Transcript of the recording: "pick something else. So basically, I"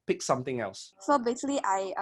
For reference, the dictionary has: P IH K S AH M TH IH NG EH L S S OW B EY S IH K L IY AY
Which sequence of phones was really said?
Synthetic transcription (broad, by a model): P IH K S AH M TH IH NG EH L S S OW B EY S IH L IY AY